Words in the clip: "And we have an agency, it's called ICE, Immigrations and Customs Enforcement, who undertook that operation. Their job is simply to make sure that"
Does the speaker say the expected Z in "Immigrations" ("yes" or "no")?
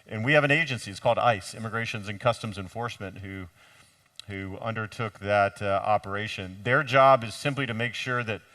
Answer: yes